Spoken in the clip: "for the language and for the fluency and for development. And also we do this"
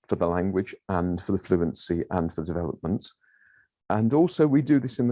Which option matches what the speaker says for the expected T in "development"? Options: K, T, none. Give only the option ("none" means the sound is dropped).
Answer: T